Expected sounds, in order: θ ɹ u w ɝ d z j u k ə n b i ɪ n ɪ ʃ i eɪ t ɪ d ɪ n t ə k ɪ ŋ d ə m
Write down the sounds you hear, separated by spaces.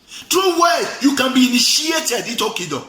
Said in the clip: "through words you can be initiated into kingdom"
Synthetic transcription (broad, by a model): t ɹ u w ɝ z j u k ə n b i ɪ n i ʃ i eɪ t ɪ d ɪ t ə k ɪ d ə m